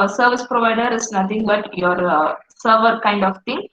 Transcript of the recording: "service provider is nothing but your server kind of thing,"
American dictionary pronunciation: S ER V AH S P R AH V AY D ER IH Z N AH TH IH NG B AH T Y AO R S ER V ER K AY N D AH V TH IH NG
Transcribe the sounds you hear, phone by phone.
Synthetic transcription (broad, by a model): S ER V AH S P R AH V AY D ER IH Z N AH T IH NG B AH T Y AO R S ER V ER K AY N D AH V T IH NG